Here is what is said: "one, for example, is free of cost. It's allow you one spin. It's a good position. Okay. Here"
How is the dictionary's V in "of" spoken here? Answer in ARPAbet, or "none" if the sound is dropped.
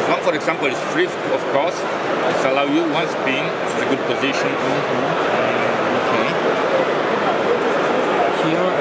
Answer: F